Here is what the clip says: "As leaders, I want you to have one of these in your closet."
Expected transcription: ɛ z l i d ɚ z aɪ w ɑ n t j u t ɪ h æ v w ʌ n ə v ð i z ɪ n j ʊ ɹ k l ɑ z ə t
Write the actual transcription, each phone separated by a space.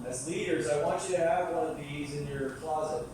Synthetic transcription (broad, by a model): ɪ z l i d ɚ z aɪ w ɑ n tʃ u t ɪ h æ v w ʌ n ə v ð i z ɪ n j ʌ ɹ k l ɑ z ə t